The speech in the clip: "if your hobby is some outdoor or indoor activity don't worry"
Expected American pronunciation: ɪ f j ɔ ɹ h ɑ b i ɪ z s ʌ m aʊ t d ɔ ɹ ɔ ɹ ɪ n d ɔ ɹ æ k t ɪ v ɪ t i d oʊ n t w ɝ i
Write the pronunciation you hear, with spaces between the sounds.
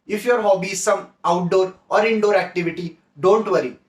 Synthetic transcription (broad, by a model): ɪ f j ɔ ɹ h ɑ b i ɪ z s ʌ m aʊ t d ɔ ɹ ɔ ɹ ɪ n d ɔ ɹ æ k t ɪ v ɪ t i d oʊ n t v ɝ i